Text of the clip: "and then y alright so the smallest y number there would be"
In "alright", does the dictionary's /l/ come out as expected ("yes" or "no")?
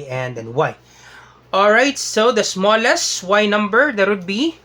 yes